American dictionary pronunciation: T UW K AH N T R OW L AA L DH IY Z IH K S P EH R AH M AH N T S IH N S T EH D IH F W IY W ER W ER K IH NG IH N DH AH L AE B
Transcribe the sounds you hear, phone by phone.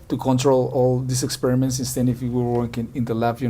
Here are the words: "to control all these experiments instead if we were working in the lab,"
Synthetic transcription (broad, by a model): T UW K AH N T R OW L AA L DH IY S IH K S P EH R AH M AH N T S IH N S T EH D IH F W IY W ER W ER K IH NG IH N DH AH L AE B